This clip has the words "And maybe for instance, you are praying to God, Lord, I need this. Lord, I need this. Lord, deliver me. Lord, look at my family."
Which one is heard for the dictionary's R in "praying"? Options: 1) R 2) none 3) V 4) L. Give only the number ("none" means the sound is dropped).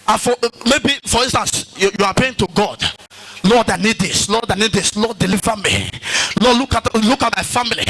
2